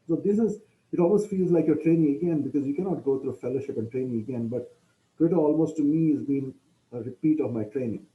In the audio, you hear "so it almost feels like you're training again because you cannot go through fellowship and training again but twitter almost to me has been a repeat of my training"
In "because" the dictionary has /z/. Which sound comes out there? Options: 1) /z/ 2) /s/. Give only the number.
1